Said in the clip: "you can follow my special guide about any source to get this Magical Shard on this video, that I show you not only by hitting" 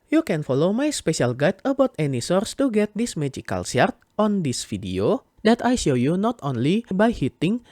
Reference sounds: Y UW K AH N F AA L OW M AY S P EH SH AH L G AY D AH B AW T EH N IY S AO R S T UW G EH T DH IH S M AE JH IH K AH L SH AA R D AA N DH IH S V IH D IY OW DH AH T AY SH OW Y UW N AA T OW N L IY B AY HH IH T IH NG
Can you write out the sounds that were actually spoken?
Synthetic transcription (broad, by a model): Y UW K AH N F AA L OW M AY S P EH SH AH L G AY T AH B AW T EH N IY S AO R S T UW G EH T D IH S M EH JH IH K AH L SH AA R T AA N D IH S F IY D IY OW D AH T AY SH OW Y UW N AA T OW N L IY B AY HH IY T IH NG